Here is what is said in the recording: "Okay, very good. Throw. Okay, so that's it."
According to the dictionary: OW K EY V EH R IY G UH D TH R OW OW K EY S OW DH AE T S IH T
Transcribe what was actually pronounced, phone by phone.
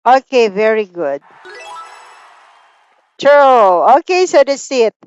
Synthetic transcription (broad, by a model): OW K EY V EH R IY G UH D T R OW OW K EY S OW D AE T S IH T